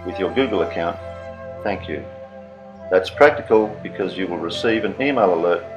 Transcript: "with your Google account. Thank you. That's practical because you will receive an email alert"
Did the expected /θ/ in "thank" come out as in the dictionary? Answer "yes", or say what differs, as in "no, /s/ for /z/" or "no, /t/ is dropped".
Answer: yes